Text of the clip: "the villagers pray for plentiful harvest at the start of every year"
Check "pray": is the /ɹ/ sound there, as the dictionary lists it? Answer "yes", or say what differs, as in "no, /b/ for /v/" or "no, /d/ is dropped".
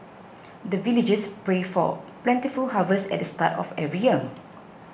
yes